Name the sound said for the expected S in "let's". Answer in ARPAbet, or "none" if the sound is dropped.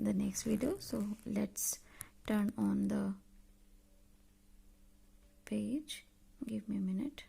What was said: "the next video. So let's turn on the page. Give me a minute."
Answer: S